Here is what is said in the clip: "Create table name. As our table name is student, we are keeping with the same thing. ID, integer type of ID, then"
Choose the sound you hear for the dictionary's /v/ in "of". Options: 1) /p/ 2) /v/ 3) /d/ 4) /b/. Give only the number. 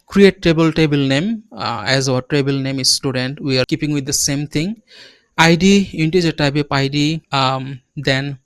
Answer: 1